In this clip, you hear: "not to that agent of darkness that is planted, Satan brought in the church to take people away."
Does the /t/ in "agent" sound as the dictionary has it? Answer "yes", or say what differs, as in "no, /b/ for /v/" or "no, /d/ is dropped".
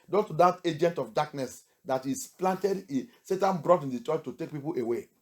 yes